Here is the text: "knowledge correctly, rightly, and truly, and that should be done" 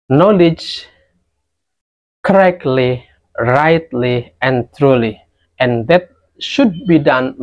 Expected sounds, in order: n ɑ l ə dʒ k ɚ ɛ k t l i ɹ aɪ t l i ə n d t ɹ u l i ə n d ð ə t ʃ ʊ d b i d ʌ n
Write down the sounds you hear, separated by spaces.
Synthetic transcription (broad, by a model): n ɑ l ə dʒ k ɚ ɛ k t l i ɹ aɪ t l i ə n t ɹ u l i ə n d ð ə t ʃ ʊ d b i d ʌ n